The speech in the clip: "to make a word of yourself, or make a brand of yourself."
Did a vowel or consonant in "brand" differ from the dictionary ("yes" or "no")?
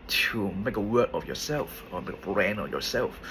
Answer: yes